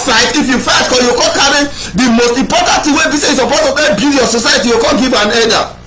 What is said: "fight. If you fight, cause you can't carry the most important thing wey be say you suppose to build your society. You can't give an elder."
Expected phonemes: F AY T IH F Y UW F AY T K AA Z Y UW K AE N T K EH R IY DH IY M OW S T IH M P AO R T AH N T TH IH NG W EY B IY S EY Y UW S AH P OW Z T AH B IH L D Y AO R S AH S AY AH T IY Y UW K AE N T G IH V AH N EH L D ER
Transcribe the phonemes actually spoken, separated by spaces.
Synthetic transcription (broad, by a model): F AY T IH F Y UW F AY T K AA Y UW K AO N K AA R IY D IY M OW S T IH M P AO T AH N T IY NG W EY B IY S EY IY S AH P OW T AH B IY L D Y AO S AH S AY AH T IY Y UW K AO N G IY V AH N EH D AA